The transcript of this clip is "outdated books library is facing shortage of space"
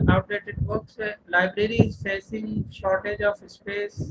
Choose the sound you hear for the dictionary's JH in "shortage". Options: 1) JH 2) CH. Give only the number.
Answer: 1